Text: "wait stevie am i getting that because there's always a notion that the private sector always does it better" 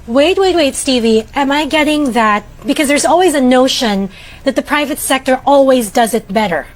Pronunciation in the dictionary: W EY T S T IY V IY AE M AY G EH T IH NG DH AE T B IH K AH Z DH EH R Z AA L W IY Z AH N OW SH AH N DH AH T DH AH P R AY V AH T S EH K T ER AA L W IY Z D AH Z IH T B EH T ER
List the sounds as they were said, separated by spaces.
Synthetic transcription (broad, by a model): W EY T S T IY V IY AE M AY G EH T IH NG DH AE T B IH K AH Z DH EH R Z AA L W IY Z AH N OW SH AH N DH AH T DH AH P R AY V AH T S EH K T ER AA L W IY Z D AH Z IH T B EH T ER